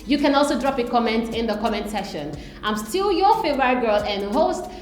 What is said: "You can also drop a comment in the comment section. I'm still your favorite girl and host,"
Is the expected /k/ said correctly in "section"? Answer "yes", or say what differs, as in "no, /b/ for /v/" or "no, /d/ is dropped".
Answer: no, /k/ is dropped